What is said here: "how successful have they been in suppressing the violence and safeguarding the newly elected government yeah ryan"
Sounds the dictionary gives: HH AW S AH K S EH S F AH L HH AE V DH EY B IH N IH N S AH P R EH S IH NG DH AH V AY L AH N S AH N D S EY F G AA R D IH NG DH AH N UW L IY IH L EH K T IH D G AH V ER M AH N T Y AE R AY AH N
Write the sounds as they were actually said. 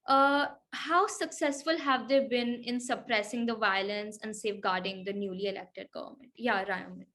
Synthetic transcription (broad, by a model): HH AW S AH K S EH S F AH L HH AE V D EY B IH N IH N S AH P R EH S IH NG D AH V AY L AH N S AH N D S EY F G AA R D IH NG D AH N UW L IY IH L EH K T IH D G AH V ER M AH N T Y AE R AY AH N